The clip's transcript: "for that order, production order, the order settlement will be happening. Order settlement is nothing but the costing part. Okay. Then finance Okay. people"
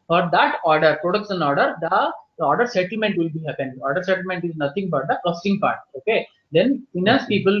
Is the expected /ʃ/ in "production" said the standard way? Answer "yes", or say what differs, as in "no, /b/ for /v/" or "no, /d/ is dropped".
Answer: no, /s/ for /ʃ/